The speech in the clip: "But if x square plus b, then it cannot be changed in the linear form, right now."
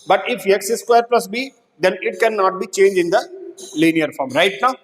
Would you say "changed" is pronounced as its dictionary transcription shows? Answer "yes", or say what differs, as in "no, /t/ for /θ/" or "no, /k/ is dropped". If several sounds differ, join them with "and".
no, /d/ is dropped